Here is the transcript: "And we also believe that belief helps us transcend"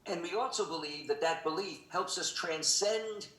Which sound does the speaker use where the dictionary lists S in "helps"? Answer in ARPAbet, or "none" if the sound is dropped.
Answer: S